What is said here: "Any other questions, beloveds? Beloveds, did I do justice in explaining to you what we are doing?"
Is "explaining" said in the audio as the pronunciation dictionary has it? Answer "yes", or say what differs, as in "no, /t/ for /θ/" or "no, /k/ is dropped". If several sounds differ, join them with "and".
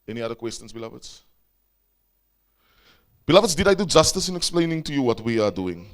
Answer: yes